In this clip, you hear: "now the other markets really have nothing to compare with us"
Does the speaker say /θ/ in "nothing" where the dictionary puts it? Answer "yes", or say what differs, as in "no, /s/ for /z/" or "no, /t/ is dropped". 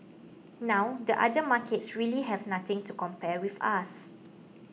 no, /t/ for /θ/